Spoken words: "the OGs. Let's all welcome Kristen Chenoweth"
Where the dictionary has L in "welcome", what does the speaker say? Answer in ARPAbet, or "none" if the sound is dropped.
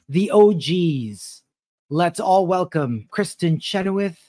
L